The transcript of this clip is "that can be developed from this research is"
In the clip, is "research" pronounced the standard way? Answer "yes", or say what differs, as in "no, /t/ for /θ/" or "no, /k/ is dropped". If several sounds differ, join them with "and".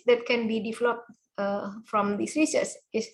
no, /s/ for /tʃ/